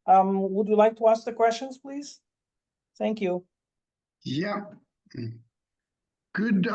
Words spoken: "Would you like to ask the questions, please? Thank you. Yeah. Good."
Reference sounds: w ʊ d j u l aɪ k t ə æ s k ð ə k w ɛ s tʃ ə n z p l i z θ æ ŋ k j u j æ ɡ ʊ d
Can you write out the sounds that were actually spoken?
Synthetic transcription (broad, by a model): w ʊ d j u l aɪ k t ə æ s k ð ə k w ɛ s tʃ ə n z p l i z θ æ ŋ k j u j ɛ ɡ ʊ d